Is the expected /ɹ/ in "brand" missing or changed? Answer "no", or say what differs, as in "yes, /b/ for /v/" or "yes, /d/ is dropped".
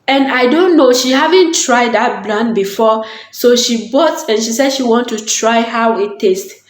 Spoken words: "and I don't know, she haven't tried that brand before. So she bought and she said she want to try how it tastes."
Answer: yes, /l/ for /ɹ/